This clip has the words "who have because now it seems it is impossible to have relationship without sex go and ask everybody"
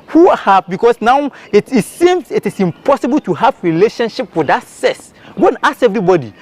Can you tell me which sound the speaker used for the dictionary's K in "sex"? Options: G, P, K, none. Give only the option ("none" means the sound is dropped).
none